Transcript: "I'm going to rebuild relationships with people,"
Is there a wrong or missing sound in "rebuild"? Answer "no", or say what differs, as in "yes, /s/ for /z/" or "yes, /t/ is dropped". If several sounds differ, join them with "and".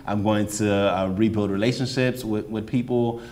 no